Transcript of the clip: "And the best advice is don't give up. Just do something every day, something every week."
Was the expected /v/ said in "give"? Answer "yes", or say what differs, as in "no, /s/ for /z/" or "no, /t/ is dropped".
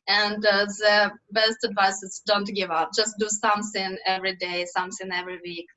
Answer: yes